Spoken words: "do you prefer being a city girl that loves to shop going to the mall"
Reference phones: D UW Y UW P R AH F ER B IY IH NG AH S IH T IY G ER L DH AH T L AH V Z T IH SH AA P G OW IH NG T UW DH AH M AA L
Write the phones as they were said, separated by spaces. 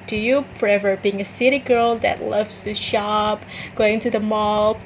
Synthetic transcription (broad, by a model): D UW Y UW F R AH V ER B IY IH NG AH S IH T IY G ER L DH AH T L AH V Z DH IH SH AA P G OW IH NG T UW DH AH M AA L